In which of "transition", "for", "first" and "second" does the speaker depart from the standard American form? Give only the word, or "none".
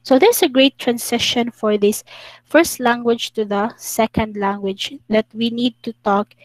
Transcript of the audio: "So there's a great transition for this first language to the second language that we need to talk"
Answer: transition